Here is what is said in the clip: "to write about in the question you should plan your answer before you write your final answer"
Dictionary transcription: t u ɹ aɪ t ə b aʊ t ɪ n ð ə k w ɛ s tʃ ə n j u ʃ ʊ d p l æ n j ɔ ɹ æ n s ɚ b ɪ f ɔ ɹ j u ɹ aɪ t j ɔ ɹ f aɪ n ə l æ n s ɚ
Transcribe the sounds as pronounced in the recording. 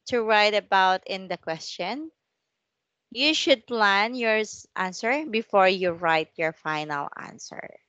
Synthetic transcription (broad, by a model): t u ɹ aɪ t ə b aʊ t ɪ n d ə k w ɛ s tʃ ə n j u ʃ ʊ d p l æ n j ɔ ɹ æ n s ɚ b ɪ f ɔ ɹ j u ɹ aɪ t j ɔ ɹ f aɪ n ə l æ n s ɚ